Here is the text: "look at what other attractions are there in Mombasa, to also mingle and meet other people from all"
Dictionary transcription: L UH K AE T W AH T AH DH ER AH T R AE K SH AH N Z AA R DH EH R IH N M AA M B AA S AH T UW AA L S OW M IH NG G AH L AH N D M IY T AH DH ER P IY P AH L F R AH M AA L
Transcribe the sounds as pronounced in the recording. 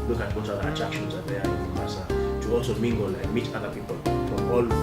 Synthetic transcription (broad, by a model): L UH K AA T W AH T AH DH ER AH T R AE K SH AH N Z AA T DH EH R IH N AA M AA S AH T UW AA L S OW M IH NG G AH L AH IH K M IY T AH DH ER P IY P AH L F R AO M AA L